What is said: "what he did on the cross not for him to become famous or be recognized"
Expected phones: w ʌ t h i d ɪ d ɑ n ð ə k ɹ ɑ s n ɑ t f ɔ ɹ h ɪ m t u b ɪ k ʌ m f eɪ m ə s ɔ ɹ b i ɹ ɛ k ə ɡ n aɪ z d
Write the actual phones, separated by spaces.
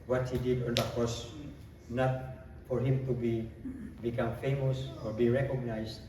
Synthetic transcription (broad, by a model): w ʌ t h i d ɪ d ɑ n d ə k ɑ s n ɑ t f ɔ ɹ h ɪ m t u b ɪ k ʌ m f eɪ m ə s ɔ ɹ b i ɹ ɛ k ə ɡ n aɪ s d